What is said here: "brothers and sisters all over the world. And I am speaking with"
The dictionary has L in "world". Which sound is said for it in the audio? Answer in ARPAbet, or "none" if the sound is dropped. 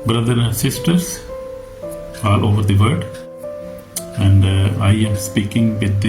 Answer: none